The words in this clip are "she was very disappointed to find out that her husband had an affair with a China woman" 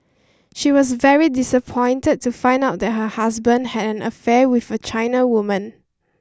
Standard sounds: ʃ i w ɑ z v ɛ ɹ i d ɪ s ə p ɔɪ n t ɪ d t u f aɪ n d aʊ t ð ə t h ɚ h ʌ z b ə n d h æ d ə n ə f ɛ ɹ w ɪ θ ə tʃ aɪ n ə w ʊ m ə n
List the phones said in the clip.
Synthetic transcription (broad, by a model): ʃ i w ɑ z v ɛ ɹ i d ɪ s ə p ɔɪ n t ɪ d t u f aɪ n d aʊ t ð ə t h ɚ h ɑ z b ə n d h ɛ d ə n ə f ɛ w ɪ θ ə tʃ aɪ n ə w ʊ m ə n